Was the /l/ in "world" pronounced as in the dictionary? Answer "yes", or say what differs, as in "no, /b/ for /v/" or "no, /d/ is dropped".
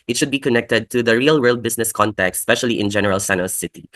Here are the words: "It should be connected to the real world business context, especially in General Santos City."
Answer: yes